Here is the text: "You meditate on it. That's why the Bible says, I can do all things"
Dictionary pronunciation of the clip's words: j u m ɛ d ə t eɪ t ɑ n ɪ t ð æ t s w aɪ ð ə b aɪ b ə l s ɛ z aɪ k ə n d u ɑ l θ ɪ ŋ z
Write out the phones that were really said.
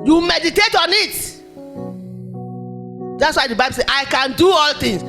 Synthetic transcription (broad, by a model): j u m ɛ d ə t eɪ t ɑ n ɪ t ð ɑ t s w aɪ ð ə b aɪ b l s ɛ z aɪ k ə n d u ɑ l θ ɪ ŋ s